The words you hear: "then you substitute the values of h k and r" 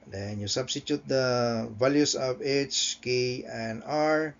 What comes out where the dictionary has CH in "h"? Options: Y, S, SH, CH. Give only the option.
CH